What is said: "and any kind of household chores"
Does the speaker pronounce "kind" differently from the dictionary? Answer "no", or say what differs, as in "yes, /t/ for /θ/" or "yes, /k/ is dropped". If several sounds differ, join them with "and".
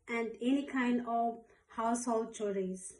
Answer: no